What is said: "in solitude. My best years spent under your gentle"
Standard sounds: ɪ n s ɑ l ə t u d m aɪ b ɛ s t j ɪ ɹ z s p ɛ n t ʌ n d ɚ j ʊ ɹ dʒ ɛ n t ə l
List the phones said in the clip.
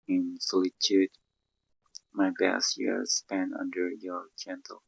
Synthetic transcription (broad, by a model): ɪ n s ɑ l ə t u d m aɪ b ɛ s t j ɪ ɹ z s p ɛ n ʌ n d ɚ j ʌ ɹ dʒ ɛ n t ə l